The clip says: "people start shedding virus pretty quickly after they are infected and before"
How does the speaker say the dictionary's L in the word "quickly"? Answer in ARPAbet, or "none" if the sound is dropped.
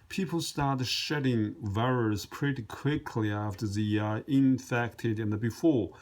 L